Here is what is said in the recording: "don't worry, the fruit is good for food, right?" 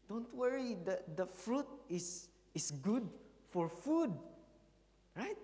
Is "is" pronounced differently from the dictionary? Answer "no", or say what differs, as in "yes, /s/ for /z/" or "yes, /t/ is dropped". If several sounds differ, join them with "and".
yes, /s/ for /z/